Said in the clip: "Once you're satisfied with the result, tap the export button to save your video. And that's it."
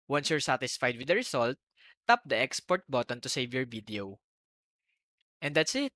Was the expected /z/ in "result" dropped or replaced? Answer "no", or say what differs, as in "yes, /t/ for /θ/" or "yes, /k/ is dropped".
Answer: yes, /s/ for /z/